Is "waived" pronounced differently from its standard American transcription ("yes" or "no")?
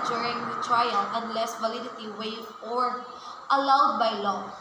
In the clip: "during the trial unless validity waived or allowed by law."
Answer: yes